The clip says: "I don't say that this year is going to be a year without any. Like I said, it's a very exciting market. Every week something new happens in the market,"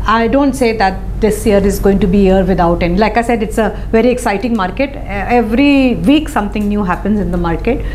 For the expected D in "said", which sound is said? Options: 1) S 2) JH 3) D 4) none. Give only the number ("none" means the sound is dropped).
3